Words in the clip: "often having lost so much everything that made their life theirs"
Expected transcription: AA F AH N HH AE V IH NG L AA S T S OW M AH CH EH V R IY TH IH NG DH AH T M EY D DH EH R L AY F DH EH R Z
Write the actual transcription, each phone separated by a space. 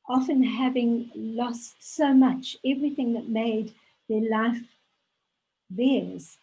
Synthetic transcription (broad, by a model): AA F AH N HH AE V IH NG L AA S T S OW M AH CH EH V R IY TH IH NG DH AH T M EY D DH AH R L AY F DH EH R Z